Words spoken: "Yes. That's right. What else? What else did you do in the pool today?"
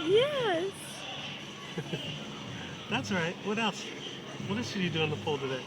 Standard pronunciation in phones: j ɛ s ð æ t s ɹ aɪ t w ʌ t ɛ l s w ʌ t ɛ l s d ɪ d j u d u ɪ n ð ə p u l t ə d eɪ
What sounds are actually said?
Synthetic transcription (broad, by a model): j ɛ s ð æ t s ɹ aɪ t w ʌ t ɛ l s w ʌ t ɛ l s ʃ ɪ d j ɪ d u ɪ n ð ə f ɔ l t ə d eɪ